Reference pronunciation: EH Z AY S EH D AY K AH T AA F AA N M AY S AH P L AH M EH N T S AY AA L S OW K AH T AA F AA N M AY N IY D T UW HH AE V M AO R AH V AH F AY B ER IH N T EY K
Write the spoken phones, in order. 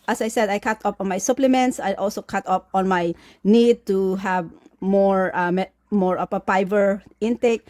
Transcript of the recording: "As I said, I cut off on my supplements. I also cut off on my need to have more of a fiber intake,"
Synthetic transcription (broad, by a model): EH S AY S EH D AY K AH T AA P AA N M AY S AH P L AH M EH N T S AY AA L S OW K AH T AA P AA N M AY N IY D T UW HH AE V M AO R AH P AH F AY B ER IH N T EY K